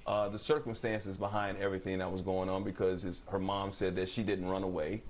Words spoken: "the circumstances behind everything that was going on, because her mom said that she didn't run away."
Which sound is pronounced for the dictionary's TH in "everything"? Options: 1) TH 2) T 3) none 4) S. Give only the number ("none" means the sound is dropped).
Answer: 1